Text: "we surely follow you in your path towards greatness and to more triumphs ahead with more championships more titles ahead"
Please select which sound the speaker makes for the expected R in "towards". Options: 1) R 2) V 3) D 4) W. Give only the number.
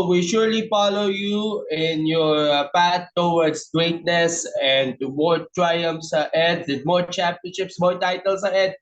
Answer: 4